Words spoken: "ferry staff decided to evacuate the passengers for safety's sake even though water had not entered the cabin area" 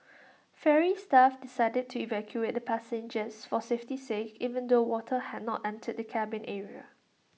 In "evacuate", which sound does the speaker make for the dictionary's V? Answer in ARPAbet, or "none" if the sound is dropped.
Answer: V